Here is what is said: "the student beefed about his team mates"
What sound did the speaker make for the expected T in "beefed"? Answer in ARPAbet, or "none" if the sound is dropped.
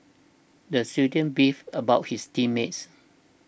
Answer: none